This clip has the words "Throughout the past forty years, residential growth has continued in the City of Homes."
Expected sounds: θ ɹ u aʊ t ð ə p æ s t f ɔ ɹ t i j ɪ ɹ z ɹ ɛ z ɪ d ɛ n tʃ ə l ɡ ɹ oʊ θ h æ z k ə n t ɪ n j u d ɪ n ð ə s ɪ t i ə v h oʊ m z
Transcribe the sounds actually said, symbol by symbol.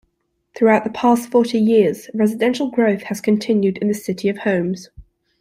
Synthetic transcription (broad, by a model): θ ɹ u aʊ t ð ə p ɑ s t f ɔ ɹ t i j ɪ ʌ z ɹ ɛ z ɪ d ɛ n ʃ ə l ɡ ɹ oʊ θ h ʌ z k ə n t ɪ n j u d ɪ n ð ə s ɪ t i ə v h oʊ m z